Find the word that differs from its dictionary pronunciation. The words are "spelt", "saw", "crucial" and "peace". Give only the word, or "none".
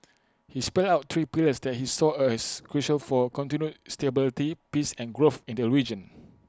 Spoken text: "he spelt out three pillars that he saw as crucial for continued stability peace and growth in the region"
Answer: spelt